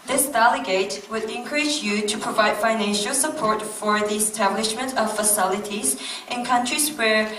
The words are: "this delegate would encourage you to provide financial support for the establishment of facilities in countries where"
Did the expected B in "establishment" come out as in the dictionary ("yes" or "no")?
yes